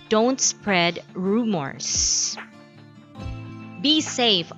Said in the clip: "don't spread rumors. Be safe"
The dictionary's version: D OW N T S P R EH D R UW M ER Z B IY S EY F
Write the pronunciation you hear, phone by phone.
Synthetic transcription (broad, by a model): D OW N T S P R EH D R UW M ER S B IY S EY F